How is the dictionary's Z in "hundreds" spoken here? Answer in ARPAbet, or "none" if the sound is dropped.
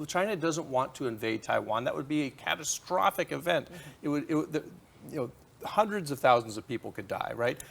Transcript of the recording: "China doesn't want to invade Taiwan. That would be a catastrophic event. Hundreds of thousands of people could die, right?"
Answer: Z